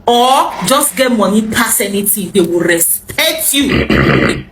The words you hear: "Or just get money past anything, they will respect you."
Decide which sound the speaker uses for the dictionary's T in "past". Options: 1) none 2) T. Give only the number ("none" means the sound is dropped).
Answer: 1